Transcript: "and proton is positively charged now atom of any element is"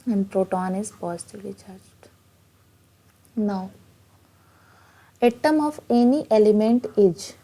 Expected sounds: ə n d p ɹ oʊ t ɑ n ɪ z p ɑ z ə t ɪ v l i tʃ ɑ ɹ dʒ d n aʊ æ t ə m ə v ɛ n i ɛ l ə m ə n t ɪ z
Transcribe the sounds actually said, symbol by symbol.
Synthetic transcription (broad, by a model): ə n d p ɹ oʊ t ɑ n ɪ z p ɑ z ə t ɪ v l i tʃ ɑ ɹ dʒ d n aʊ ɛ t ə m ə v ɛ n i ɛ l ə m ə n t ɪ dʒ